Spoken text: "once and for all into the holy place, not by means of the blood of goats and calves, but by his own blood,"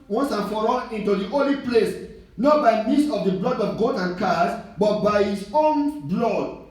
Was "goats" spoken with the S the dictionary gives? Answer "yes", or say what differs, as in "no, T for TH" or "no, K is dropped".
no, S is dropped